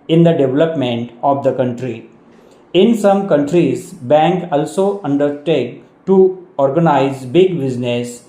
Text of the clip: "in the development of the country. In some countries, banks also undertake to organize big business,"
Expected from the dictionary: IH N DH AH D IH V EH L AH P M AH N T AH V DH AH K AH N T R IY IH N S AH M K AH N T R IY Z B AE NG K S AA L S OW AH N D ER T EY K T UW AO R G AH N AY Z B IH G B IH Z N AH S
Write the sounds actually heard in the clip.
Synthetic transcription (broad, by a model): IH N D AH D IH V EH L AH P M AH N T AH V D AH K AH N T R IY IH N S AH M K AH N T R IY Z B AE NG K AA L S OW AH N D ER T EY K T UW AO R G AH N AY Z B IH G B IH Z N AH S